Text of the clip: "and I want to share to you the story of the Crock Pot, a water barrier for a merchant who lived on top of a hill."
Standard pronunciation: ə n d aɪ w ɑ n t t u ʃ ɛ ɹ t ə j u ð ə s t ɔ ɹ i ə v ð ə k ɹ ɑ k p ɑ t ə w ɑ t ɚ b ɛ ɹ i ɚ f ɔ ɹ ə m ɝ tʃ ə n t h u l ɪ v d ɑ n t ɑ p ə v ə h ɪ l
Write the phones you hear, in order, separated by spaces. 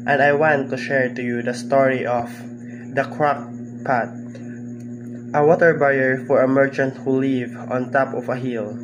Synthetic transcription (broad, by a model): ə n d aɪ w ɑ n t t u ʃ ɛ ɹ t ə j u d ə s t ɔ ɹ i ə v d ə k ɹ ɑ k p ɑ t ə w ɑ t ɚ b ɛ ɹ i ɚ f ɔ ɹ ə m ɝ tʃ ə n t h u l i v ɑ n t ɑ p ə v ə h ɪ l